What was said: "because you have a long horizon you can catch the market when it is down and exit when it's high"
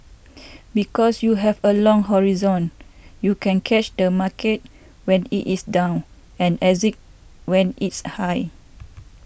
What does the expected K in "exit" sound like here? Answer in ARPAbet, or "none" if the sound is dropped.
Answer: none